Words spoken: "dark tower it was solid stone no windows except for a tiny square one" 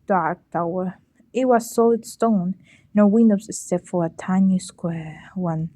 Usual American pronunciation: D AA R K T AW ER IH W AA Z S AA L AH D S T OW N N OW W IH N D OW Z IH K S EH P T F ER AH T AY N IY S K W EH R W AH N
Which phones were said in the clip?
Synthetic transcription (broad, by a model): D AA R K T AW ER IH W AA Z S AA L AH D S T OW N N OW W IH N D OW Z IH S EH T F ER AH T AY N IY S K W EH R W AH N